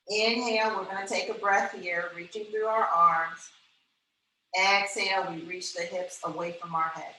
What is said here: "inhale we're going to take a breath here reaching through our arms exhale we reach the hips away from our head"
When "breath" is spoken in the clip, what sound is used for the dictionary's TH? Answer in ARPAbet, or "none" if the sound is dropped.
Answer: TH